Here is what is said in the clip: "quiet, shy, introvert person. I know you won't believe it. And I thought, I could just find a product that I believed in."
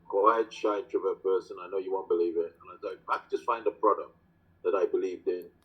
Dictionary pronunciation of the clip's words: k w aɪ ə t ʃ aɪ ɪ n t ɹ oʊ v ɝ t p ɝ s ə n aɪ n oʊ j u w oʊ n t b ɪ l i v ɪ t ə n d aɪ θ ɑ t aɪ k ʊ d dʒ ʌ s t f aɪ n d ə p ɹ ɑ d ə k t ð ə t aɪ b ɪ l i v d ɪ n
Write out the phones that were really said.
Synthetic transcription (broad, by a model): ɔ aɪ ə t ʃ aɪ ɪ t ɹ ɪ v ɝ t p ɝ s ə n aɪ n oʊ j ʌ w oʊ n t b ɪ l i v ɪ t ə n aɪ s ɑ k aɪ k dʒ ʌ s t f aɪ n d ə p ɹ ɑ d ə k t ð ə t aɪ b ɪ l i v d ɪ n